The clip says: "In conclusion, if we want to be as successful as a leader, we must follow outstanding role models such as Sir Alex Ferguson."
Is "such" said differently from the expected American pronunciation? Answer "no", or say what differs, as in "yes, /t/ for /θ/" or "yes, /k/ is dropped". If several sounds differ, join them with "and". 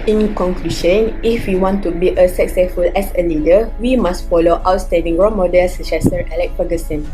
yes, /s/ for /tʃ/